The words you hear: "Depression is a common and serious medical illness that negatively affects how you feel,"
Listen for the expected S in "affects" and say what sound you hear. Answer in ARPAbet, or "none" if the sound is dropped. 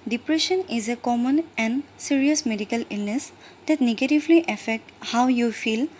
none